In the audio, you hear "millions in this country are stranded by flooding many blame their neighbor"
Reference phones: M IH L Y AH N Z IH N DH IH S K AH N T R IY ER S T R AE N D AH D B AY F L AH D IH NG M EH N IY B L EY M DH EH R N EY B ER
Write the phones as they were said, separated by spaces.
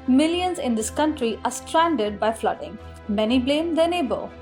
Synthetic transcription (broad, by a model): M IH L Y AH N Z IH N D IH S K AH N T R IY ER S T R AE N D AH D B AY F L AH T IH NG M EH N IY B L EY M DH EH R N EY B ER